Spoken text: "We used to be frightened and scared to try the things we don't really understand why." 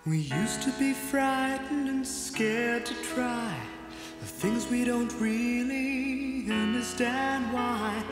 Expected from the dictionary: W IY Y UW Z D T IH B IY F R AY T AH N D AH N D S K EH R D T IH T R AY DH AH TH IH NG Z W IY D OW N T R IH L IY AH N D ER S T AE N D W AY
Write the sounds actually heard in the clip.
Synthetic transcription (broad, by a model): W IY Y UW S T IH B IY F R AY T N D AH N S K EH R D T IH T R AY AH TH IH NG Z W IY D OW N T R IH L IY AH N D ER S T AE N D W AY